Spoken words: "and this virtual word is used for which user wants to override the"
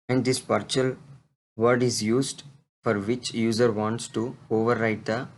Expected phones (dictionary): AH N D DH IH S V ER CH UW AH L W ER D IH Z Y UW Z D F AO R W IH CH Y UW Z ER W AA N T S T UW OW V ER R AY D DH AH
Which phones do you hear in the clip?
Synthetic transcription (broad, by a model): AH N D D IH S P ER CH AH L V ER D IH Z Y UW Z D F AO R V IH CH Y UW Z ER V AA N T S T UW OW V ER R AY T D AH